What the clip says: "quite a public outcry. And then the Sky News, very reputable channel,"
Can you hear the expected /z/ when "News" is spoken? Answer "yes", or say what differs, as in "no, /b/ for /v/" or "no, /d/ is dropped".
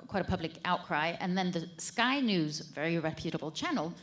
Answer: yes